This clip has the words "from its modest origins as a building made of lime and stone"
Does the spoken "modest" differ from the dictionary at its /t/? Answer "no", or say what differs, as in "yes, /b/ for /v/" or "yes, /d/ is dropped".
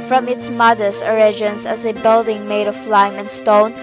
yes, /t/ is dropped